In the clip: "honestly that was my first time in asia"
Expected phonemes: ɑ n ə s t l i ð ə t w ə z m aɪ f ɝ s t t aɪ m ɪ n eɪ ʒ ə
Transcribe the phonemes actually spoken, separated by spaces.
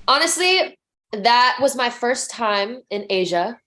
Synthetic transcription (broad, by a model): ɑ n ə s t l i ð ə t w ə z m aɪ f ɝ s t t aɪ m ɪ n eɪ ʒ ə